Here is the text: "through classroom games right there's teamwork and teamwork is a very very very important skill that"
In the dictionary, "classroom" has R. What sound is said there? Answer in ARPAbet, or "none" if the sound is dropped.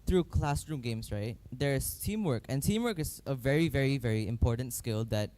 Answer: R